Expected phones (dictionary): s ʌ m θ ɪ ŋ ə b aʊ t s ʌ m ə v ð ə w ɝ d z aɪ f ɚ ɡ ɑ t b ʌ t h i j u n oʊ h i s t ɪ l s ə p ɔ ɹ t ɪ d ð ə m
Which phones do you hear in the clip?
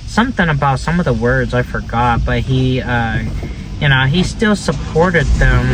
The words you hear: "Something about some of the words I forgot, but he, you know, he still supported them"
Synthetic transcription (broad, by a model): s ʌ m θ ɪ ŋ ə b aʊ t s ʌ m ə v ð ə w ɝ d z aɪ f ɚ ɡ ɑ t b ʌ t h i j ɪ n oʊ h i s t ɪ l s ə p ɔ ɹ t ɪ d ð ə m